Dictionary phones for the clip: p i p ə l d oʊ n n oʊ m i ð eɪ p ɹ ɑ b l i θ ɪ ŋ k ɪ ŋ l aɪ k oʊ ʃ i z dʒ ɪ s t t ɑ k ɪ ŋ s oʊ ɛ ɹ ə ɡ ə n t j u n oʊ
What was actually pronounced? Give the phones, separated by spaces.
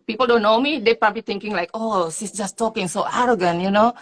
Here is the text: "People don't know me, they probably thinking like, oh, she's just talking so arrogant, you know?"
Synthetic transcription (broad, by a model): p i p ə l d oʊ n n oʊ m i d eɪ p ɹ ɑ b l i t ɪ ŋ k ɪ ŋ l aɪ k oʊ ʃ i s dʒ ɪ s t t ɑ k ɪ ŋ s oʊ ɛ ɹ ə ɡ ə n j u n oʊ